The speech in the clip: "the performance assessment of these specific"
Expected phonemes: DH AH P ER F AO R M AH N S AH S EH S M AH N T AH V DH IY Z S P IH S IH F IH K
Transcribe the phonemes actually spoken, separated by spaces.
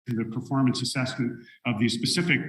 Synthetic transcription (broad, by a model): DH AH P ER F AO R M AH N S AH S EH S M AH N T AH V DH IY S P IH S IH F IH K